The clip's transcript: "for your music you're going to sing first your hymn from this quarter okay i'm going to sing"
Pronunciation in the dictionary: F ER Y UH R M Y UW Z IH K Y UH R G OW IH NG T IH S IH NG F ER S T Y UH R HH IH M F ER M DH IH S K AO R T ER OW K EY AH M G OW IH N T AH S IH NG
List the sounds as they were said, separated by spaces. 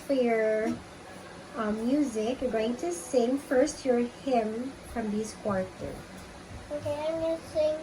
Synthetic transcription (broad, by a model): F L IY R M Y UW Z IH K Y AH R G OW IH NG T IH S IH NG F ER S T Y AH R HH IH M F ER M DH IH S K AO R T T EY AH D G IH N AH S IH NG